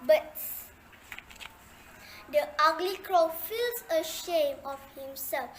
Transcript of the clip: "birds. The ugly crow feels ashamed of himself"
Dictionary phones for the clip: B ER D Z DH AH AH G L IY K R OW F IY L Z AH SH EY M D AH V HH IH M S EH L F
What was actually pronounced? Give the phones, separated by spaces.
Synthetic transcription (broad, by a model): B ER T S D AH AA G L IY K R OW F IY L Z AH SH EY M AH F HH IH M S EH L F